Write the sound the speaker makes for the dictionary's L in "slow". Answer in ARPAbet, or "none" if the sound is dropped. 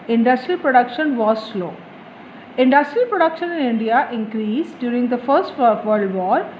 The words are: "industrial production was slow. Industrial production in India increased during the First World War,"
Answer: L